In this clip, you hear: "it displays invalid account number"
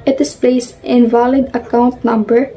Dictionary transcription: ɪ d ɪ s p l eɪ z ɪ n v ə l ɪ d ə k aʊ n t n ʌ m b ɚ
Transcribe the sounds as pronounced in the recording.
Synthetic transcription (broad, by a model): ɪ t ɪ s p l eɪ s ɪ n v ə l ɪ d ə k aʊ n t n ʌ m b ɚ